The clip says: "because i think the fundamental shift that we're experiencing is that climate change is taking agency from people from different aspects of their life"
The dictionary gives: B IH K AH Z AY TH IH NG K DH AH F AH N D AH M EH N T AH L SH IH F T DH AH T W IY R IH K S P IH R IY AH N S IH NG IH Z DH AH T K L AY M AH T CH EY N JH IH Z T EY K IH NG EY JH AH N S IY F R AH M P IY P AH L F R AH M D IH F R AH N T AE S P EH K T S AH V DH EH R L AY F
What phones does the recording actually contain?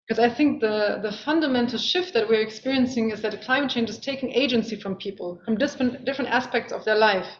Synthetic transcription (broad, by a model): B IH K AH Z AY TH IH NG K DH AH F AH N D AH M EH N T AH L SH IH F T DH AH T W IY R IH K S P IH R IY AH N S IH NG IH Z DH AH T K L AY M AH T CH EY N JH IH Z T EY K IH NG EY JH AH N S IY F R AH M P IY P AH L F R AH M D IH F R AH N T AE S P EH K T S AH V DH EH R L AY F